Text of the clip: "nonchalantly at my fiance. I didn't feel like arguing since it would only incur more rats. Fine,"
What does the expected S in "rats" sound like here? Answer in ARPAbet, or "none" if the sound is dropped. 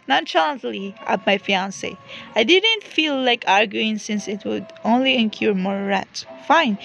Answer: none